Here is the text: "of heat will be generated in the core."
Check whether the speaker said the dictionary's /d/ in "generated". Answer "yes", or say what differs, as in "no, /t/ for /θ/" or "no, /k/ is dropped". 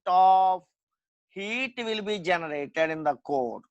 yes